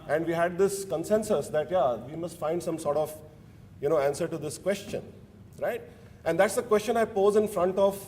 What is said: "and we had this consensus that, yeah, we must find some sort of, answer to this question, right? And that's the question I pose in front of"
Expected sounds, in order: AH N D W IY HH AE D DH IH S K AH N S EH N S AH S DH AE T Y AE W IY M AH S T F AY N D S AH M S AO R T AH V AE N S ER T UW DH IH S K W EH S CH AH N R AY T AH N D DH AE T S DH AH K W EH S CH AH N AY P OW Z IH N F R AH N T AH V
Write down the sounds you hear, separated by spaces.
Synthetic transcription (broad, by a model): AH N D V IY HH AE D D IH S K AH N S EH N S AH S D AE T Y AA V IY M AH S T F AY N D S AH M S AO R T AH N AE N S ER T UW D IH S K W EH S CH AH N R AY T AH N D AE T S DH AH K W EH S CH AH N AY P OW Z IH N F R AH N T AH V